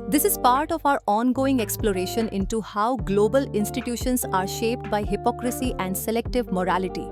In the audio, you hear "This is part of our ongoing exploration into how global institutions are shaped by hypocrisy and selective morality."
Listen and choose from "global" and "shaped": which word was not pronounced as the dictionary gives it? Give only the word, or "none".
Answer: none